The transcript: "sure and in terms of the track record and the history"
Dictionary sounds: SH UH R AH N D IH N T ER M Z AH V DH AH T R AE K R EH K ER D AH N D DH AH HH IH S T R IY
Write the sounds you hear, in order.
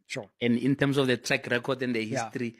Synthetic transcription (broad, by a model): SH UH AH N D IH N T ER M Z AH F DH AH T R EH K R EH K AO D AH N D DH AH HH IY S T R IY